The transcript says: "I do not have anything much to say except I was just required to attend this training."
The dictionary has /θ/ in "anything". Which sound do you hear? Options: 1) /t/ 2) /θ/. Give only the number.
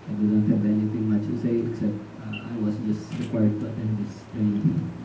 1